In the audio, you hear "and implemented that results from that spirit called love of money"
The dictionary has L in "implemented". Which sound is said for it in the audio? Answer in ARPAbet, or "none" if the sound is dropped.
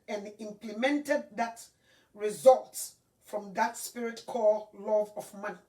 L